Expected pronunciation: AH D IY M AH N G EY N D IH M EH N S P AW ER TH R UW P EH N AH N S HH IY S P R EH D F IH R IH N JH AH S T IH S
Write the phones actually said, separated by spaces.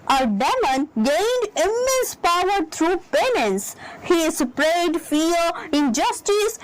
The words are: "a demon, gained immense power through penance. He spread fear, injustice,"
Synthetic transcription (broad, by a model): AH D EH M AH N G EY N D IH M EH N S P AW ER T R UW P EH N AH N S HH IY S P R EH D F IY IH N JH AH S T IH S